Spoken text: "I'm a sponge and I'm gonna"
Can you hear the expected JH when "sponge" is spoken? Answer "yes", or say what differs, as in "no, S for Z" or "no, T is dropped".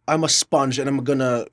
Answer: yes